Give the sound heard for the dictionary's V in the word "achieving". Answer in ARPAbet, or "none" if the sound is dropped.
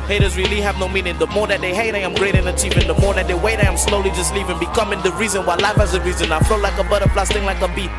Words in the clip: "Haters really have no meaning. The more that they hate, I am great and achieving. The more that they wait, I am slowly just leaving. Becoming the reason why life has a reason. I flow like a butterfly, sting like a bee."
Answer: P